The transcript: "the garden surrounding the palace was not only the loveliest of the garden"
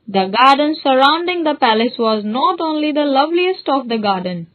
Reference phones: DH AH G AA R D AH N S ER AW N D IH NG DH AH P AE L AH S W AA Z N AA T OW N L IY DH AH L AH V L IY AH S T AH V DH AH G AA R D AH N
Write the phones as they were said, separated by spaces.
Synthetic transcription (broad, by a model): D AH G AA R D AH N S ER AW N D IH NG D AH P AE L AH S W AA Z N AA T OW N L IY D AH L AH V L IY AH S T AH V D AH G AA R D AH N